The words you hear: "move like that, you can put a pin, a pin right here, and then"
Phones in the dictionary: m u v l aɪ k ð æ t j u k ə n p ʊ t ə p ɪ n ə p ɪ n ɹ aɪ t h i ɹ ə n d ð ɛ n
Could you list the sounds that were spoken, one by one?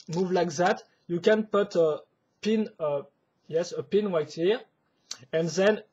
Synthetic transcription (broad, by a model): m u v l aɪ k ð æ t j u k ə n p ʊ t ə p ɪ n ə p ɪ n w aɪ t h i ɹ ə n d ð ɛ n